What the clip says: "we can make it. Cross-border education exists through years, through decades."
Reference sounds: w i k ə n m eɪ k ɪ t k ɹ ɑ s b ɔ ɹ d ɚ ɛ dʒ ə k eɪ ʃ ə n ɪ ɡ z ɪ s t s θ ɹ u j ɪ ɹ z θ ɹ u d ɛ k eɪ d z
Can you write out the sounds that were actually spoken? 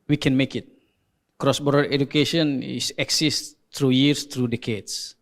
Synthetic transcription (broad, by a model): w i k ə n m eɪ k ɪ t k ɹ ɑ s b ɔ ɹ d ɚ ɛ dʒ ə k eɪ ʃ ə n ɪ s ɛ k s s t ɹ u j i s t ɹ u d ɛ k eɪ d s